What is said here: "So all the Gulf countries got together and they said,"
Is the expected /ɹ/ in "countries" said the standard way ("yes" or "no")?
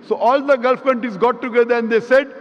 no